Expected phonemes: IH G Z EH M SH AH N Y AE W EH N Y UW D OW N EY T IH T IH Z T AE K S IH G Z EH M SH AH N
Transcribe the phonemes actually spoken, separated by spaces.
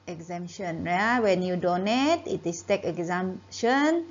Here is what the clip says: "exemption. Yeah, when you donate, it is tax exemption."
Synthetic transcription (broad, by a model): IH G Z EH M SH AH N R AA W EH N Y UW D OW N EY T IH T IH S T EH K IH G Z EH M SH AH N